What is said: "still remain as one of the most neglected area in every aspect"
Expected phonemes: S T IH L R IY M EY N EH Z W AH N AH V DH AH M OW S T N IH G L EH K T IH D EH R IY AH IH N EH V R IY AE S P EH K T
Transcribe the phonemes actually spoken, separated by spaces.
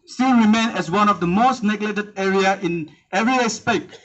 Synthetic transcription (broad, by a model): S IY R IY M EY N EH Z W AH N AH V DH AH M OW S T N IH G L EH T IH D EH R IY AH IH N EH V R IY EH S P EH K